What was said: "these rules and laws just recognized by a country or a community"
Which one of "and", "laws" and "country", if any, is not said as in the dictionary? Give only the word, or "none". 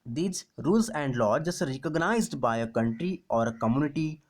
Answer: laws